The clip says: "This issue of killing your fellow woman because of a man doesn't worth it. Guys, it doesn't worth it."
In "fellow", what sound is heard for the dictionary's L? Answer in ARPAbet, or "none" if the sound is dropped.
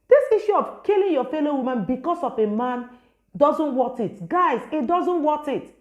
L